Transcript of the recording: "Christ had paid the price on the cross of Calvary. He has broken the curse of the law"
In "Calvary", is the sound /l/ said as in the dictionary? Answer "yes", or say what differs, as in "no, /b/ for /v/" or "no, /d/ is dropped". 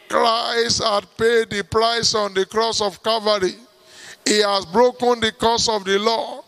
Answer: no, /l/ is dropped